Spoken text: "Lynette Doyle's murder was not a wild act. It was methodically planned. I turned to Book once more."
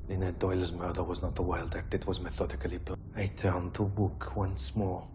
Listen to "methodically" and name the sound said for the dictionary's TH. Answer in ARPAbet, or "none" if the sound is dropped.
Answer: TH